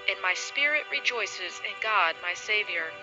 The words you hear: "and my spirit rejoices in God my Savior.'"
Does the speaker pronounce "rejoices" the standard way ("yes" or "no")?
yes